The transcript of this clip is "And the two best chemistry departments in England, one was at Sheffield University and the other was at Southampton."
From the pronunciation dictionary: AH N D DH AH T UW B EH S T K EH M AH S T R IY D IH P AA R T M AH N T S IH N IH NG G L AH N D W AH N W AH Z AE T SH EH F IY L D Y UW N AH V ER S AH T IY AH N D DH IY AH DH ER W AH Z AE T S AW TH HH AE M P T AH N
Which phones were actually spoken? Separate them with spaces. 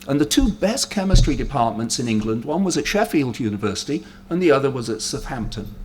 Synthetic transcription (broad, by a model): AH N DH AH T UW B EH S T K EH M AH S T R IY D IH P AA R T M AH N T S IH N IH NG G L AH N D W AH N W AH Z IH T SH EH F IY L D Y UW N AH V ER S AH T IY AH N DH IY AH DH ER W AH Z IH T S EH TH HH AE M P T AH N